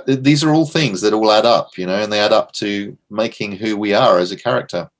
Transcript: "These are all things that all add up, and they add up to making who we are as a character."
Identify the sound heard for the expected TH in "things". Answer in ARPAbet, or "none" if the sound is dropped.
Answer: TH